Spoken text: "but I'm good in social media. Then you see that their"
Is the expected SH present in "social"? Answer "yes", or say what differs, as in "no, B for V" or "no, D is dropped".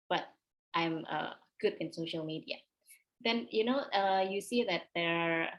yes